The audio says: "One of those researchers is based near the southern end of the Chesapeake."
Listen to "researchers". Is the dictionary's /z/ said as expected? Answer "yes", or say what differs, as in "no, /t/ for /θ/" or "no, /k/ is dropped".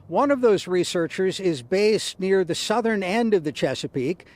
yes